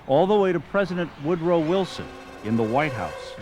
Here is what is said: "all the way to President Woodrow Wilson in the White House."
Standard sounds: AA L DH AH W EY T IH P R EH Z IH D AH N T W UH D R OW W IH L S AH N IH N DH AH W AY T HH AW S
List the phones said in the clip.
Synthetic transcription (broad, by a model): AA L DH AH W EY T IH P R EH Z IH D AH N T W UH D R OW W IH L S AH N IH N DH AH W AY T HH AW S